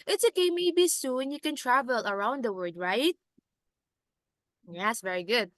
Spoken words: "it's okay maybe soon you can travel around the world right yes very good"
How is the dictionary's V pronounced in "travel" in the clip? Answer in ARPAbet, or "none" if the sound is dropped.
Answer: V